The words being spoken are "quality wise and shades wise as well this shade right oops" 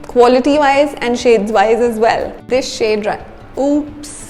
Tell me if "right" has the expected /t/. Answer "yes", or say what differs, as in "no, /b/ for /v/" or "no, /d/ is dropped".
no, /t/ is dropped